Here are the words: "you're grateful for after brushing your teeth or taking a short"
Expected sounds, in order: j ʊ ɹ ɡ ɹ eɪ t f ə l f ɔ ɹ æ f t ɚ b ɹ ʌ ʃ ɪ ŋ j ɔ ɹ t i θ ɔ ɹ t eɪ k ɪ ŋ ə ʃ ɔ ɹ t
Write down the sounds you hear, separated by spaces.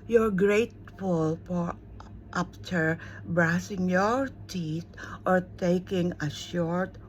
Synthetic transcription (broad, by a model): j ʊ ɹ ɡ ɹ eɪ t f ə l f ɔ ɹ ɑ p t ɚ b ɹ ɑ s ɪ ŋ j ɔ ɹ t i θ ɔ ɹ t eɪ k ɪ ŋ ə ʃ ɔ ɹ t